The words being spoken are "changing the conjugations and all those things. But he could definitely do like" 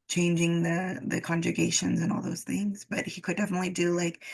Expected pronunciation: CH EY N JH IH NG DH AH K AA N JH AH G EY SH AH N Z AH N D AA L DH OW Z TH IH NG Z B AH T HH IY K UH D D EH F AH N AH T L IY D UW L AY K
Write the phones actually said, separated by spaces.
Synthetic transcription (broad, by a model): CH EY N JH IH NG DH AH K AA N JH AH G EY SH AH N Z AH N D AA L DH OW Z TH IH NG Z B AH T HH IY K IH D D EH F AH N AH T L IY D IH L AY K